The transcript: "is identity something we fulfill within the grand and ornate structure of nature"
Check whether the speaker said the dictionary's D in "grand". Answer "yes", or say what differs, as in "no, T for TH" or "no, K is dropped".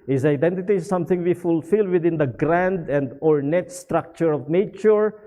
yes